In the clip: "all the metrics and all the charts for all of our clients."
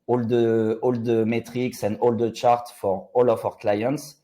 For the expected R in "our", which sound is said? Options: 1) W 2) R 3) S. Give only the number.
2